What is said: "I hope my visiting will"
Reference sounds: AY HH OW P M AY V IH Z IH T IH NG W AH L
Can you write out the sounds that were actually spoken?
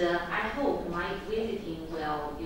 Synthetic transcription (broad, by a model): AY HH OW P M AY W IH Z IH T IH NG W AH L